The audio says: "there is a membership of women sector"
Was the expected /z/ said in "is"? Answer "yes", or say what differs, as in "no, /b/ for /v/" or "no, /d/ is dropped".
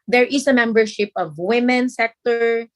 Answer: no, /s/ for /z/